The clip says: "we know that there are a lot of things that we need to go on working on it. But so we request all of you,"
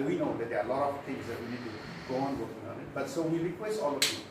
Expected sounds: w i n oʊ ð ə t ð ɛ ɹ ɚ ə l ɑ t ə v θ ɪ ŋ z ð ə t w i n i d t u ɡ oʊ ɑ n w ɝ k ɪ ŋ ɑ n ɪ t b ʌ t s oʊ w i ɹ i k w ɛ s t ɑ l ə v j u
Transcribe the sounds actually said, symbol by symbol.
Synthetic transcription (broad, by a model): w i n oʊ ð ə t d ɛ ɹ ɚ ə l ɑ t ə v t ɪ ŋ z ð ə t w i n i d t u ɡ oʊ ɑ n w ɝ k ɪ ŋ ɑ n ɪ t b ʌ t s oʊ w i ɹ i k w ɛ s t ɑ l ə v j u